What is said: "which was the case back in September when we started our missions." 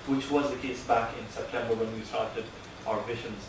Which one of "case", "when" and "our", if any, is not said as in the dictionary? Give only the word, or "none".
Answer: none